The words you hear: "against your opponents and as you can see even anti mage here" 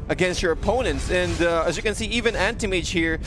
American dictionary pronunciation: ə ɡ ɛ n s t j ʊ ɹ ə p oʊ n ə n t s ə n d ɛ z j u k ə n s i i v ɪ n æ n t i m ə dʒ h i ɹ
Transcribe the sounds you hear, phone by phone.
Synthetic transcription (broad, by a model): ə ɡ ɛ n s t j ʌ ɹ ə p oʊ n ə n t s ə n d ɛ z j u k ə n s i i v ɪ n æ n t i m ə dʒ h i ɹ